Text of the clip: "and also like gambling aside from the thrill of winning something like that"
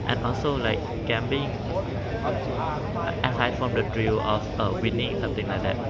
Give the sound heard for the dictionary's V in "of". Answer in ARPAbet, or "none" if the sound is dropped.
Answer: F